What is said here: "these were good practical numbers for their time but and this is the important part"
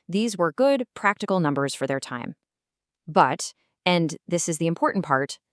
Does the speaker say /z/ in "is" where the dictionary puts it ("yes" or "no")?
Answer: yes